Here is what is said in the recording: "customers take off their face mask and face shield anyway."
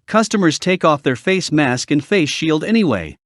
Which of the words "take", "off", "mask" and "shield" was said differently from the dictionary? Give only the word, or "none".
none